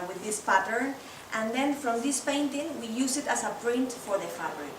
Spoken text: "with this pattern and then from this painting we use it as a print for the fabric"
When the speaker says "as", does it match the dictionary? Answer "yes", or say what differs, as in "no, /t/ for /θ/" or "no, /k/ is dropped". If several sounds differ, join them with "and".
no, /s/ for /z/